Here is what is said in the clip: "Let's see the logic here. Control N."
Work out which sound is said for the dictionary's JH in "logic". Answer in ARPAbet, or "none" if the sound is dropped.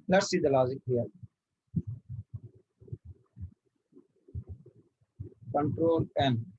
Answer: Z